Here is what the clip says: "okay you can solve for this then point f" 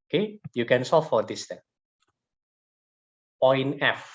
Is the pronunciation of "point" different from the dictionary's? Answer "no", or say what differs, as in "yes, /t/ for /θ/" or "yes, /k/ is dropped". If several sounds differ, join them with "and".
yes, /t/ is dropped